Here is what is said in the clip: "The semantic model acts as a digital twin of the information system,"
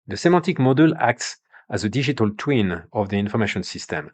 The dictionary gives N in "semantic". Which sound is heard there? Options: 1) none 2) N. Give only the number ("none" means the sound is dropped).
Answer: 1